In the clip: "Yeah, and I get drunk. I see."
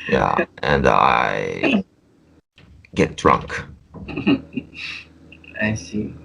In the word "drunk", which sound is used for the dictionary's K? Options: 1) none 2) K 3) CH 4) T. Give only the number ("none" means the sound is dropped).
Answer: 2